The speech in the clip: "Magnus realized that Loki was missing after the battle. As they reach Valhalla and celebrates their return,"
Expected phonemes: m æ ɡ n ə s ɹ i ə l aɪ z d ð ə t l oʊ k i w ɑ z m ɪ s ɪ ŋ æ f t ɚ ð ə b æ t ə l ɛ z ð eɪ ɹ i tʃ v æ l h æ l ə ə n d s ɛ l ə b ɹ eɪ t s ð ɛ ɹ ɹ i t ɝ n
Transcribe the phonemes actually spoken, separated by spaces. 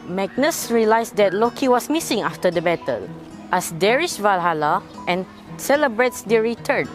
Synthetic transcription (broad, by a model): m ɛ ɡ n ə s ɹ i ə l aɪ s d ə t l oʊ k i w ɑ s m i s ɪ ŋ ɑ f t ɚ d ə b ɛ t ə l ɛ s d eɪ ɹ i ʃ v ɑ l h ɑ l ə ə n s ɛ l ə b ɹ eɪ t s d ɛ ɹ ɹ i t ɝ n